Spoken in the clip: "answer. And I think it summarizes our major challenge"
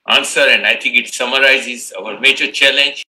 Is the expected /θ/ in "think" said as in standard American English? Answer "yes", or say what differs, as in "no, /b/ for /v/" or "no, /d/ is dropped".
no, /t/ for /θ/